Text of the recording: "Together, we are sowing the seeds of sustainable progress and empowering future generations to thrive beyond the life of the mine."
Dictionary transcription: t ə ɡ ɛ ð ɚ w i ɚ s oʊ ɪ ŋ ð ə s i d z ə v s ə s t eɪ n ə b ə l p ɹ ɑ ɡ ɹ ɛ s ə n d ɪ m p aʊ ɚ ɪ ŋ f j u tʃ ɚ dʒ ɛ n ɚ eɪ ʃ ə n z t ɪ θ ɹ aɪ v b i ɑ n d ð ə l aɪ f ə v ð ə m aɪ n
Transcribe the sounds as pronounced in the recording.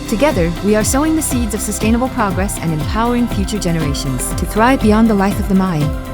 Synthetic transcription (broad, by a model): t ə ɡ ɛ ð ɚ w i ɚ s oʊ ɪ ŋ ð ə s i d z ə v s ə s t eɪ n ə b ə l p ɹ ɑ ɡ ɹ ɛ s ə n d ɪ m p aʊ ɚ ɪ ŋ f j u tʃ ɚ dʒ ɛ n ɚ eɪ ʃ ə n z t ɪ θ ɹ aɪ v b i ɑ n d ð ə l aɪ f ə v ð ə m aɪ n